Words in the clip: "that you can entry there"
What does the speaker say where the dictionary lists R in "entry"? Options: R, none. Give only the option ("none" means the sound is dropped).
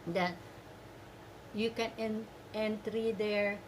R